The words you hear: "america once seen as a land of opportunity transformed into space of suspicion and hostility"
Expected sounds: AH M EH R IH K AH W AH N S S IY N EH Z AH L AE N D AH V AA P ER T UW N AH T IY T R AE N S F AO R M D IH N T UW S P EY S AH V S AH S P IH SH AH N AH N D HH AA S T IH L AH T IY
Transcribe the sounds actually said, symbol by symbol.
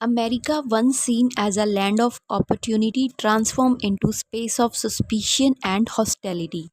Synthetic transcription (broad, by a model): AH M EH R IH K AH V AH N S S IY N EH Z AH L AE N D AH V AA P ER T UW N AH T IY T R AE N S F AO R M IH N T UW S P EY S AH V S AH S P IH SH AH N AH N D HH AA S T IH L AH T IY